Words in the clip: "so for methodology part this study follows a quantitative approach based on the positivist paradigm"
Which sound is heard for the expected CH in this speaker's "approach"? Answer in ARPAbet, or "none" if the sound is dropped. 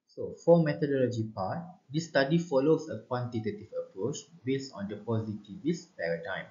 CH